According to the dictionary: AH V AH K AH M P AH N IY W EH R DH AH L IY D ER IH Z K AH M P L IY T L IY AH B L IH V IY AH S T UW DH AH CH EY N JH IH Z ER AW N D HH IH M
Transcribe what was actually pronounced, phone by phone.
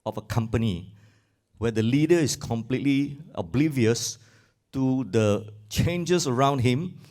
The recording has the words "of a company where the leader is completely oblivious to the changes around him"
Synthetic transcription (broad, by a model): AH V AH K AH M P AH N IY W EH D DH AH L IY D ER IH S K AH M P L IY T L IY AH B L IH V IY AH S T UW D AH CH EY N JH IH S ER AW N D HH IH M